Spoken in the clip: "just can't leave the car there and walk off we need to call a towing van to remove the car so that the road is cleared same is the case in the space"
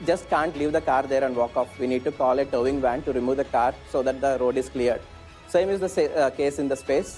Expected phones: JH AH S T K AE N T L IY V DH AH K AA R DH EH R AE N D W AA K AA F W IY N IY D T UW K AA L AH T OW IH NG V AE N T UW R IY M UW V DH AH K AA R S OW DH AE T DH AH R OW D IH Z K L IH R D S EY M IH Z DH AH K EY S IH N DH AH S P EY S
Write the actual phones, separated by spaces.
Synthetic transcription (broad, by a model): JH AH S T K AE N T L IY V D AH K AA R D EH R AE N D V AA K AA F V IY N IY D T UW K AA L AH T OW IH NG V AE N T UW R IY M UW V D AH K AA R S OW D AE T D AH R OW D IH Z K L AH R D S EY M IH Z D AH K EY S IH N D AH S P EY S